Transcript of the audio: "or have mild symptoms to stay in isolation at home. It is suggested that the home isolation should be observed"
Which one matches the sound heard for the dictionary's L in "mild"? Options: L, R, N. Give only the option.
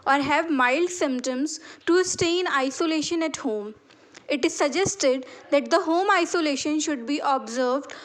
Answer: L